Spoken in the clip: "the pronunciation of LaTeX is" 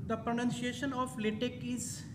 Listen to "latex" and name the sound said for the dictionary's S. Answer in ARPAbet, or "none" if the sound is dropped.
none